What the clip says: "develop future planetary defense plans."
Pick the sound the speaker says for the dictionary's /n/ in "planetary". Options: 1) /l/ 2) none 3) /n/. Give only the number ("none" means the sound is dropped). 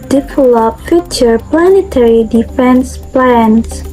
3